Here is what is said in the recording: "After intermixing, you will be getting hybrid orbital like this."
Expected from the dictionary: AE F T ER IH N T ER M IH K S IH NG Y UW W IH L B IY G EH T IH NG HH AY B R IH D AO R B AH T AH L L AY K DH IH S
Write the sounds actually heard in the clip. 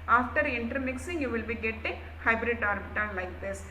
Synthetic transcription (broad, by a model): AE F T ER IH N T ER M IH K S IH NG Y UW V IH L B IY G EH T IH NG HH AY B R IH D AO R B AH T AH N L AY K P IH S